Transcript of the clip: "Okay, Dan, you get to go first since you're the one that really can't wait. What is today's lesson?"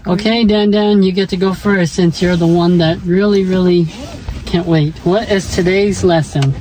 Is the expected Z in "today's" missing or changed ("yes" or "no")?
no